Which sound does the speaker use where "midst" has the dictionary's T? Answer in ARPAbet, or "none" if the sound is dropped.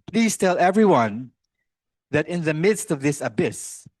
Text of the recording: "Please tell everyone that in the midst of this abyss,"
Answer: T